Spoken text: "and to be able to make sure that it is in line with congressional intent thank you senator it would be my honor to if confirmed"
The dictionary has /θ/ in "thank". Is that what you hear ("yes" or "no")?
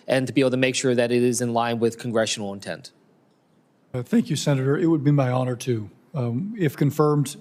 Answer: yes